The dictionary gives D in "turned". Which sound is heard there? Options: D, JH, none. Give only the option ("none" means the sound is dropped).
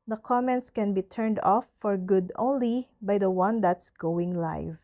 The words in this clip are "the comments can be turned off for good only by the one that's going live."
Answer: D